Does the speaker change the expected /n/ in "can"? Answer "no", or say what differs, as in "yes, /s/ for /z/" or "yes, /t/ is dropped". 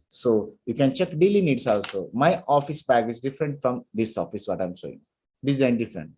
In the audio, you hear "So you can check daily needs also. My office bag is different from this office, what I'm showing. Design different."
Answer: no